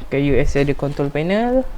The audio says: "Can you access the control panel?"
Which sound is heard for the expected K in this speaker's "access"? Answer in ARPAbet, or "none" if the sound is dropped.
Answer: none